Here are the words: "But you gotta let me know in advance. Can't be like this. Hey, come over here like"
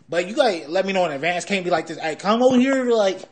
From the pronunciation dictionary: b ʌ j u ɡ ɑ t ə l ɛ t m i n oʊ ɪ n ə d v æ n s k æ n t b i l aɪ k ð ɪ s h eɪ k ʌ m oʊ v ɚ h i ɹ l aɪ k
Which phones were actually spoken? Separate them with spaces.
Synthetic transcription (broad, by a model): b ʌ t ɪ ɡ ɑ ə l ɛ t m i n oʊ ɪ n ə d v æ n s k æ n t b i l aɪ k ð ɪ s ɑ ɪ k ʌ m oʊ ʊ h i ɹ l aɪ k